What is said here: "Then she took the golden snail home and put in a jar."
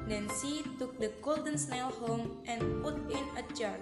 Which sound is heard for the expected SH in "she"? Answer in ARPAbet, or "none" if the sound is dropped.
S